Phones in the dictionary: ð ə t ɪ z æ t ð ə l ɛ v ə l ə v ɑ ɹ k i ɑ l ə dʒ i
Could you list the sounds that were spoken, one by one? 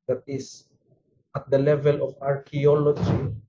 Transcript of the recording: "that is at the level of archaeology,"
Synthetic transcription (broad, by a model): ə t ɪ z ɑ t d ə l ɛ v ə l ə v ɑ ɹ k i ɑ l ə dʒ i